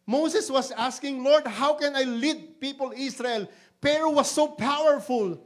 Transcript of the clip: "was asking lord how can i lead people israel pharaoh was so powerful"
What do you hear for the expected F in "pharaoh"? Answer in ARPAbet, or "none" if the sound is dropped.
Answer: P